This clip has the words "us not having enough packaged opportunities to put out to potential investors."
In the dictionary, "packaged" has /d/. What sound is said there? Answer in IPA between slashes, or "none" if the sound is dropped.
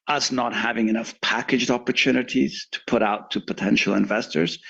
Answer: /d/